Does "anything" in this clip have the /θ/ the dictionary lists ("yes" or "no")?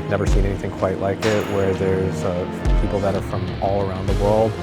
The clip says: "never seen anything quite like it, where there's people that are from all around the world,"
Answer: yes